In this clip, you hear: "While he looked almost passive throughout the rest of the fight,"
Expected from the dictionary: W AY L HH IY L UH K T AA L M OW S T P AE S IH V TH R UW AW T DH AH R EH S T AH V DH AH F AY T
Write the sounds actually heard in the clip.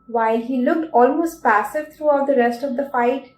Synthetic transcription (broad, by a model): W AY L HH IY L UH K T AA L M OW S T P AE S IH V T R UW AW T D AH R EH S T AH V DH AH F AY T